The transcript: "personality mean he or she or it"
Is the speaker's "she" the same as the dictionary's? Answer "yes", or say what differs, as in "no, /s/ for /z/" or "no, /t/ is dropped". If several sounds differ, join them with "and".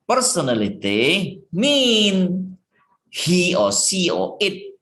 no, /s/ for /ʃ/